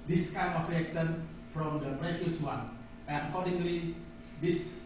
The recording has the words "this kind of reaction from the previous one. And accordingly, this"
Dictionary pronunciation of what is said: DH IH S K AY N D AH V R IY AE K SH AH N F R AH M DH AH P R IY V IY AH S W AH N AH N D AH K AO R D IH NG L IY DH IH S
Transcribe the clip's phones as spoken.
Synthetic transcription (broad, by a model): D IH S K AY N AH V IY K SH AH N F R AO M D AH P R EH F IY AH S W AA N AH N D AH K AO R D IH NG L IY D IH S